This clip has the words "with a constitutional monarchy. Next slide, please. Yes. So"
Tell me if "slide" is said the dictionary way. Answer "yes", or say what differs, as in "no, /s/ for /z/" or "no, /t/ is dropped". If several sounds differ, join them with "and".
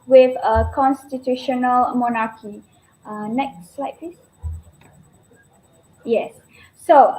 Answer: yes